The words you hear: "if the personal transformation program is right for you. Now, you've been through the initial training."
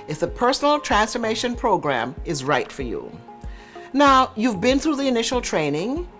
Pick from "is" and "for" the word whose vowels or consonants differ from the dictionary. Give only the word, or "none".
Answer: none